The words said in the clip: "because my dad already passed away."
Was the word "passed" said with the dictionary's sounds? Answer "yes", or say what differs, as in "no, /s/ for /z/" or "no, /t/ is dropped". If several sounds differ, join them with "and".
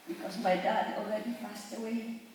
no, /f/ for /p/